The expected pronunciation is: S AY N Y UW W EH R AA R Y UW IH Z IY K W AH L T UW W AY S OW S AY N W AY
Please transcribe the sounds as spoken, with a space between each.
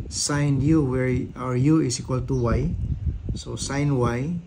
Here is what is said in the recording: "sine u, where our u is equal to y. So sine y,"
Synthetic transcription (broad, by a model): S AY N Y UW W EH R AA R Y UW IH S IY K W AH L T UW W AY S OW S AY N W AY